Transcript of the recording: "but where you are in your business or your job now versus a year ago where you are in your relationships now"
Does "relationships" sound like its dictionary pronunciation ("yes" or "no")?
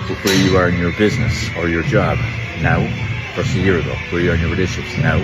no